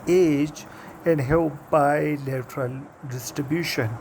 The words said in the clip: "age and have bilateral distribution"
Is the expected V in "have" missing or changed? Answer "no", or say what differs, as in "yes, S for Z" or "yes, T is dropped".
yes, P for V